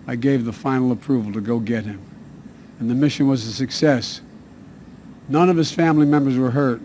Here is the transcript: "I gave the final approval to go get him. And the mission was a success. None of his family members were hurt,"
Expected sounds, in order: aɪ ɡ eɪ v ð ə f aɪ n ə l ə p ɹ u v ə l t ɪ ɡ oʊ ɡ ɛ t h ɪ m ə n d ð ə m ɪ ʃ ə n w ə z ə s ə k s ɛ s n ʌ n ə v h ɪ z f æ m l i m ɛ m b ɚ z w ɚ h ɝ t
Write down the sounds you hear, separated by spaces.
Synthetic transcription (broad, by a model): aɪ ɡ eɪ v ð ə f aɪ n l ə p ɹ u v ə l t ɪ ɡ oʊ ɡ ɛ t h ɪ m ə n ð ə m ɪ ʃ ə n w ə z ə s ə k s ɛ s n ʌ n ə v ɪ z f æ m l i m ɛ m b ɚ z w ɚ h ɝ t